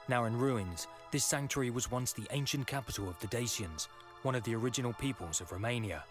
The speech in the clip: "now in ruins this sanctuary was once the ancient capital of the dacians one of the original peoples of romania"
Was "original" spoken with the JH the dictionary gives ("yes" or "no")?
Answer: yes